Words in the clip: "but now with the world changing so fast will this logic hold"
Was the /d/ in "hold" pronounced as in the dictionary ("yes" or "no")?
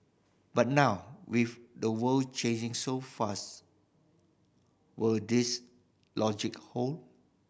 no